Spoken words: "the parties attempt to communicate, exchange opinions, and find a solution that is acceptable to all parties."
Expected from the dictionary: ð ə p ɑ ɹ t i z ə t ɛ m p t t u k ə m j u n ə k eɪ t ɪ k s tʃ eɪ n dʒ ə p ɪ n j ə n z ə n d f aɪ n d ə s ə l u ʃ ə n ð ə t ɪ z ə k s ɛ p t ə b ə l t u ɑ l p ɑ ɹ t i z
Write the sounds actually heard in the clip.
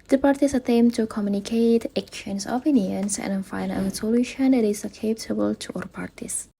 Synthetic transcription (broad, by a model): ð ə p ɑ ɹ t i s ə t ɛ m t t u k ə m j u n ə k eɪ t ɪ k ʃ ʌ n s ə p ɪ n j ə n s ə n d f aɪ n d ə s ə l u ʃ ə n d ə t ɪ s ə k ɛ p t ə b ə l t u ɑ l p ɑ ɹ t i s